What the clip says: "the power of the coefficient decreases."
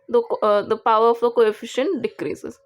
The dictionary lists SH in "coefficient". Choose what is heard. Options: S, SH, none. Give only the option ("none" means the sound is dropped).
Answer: SH